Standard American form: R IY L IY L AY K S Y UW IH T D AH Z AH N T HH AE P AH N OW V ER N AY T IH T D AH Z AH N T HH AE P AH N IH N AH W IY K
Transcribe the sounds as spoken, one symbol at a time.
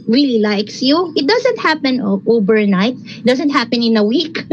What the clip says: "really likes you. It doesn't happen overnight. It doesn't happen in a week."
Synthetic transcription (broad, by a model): R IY L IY L AY K S Y UW IH T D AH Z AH N T HH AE P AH N OW B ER N AY T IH T D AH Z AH N T HH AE P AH N IH N AH W IY K